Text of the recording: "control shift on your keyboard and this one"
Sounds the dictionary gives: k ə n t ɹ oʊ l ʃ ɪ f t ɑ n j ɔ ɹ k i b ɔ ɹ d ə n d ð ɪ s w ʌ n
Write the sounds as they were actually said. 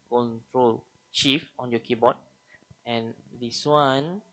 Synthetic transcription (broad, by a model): k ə n t ɹ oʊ l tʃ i f ɑ n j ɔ k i b ɔ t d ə n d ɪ s w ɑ n